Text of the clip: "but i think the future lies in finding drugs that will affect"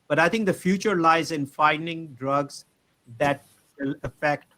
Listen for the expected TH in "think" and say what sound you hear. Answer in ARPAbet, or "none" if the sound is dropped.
T